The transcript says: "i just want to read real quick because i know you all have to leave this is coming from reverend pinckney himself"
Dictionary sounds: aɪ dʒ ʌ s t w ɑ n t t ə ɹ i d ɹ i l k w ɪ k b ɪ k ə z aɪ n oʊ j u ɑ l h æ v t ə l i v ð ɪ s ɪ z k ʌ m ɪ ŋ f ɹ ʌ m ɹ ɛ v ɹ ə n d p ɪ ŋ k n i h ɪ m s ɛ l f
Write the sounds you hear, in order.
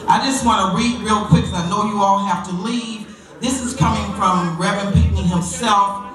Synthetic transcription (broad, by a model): aɪ dʒ ʌ s t w ɑ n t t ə ɹ i d ɹ i l k w ɪ k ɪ ə n oʊ j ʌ ɑ l h æ f t ə l i v ð ɪ s ɪ z k ʌ m ɪ ŋ f ɹ ʌ m ɹ ɛ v ə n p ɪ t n h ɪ m s ɛ l f